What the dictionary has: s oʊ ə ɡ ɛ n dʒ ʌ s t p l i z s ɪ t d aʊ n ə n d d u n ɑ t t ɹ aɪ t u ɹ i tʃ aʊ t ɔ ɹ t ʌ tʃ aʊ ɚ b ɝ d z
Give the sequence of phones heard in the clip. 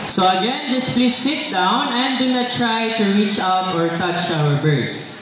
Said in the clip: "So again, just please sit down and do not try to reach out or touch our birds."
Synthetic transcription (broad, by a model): s oʊ ə ɡ ɛ n dʒ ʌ s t p l i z s ɪ t d aʊ n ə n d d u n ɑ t t ɹ aɪ t u ɹ i tʃ aʊ t ɔ ɹ t ʌ tʃ aʊ ɚ b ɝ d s